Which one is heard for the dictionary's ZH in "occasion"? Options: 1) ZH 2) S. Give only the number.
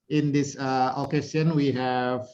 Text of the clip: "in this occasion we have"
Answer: 2